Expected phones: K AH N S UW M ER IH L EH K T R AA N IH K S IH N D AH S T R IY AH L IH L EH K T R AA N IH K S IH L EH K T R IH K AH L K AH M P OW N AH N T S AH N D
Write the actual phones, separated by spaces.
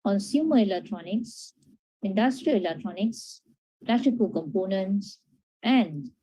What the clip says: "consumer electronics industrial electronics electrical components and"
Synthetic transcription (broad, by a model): K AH N S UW M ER IH L EH K T R AA N IH K S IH N D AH S T R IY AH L IH L EH K T R AA N IH K S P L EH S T IH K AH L K AH M P OW N AH N T S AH N D